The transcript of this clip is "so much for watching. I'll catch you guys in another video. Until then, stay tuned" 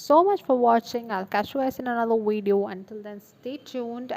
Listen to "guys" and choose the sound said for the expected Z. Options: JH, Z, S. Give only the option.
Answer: S